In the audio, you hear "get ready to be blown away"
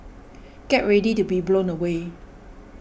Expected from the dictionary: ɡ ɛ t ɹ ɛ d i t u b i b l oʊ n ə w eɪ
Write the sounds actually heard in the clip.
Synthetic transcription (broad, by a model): ɡ ɛ t ɹ ɛ d i t u b i b l oʊ n ə w eɪ